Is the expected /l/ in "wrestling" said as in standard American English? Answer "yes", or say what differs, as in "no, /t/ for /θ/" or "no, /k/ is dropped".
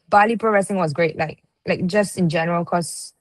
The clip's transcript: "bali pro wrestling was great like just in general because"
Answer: no, /l/ is dropped